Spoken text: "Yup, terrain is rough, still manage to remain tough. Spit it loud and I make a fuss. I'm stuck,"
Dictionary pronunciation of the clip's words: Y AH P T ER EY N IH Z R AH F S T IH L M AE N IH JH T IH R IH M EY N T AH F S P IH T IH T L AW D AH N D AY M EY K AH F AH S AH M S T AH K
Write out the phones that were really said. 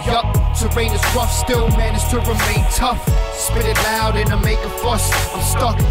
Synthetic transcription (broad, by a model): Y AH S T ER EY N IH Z R AH F S T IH N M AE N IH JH T IH R IH M EY N T AH F S P IH T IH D L AW D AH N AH M EY K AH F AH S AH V S T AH K